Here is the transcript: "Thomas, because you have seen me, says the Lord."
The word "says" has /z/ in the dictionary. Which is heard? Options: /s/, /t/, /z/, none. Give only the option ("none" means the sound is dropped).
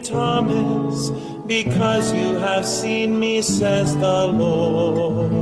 /z/